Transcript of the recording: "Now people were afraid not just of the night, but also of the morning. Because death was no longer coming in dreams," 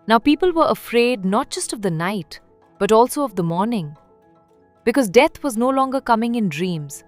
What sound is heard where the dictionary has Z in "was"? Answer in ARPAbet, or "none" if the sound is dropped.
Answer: Z